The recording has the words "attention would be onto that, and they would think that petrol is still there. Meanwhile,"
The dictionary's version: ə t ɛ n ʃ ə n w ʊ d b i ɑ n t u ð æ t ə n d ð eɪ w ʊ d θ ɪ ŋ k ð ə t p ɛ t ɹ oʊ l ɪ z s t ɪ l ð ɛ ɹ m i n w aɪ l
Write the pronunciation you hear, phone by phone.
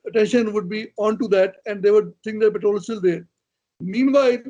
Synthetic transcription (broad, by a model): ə t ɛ n ʃ ə n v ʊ d b i ɑ n t u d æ t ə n d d eɪ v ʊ d s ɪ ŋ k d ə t p ɛ t ɹ oʊ l s t ɪ l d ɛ ɹ m i n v aɪ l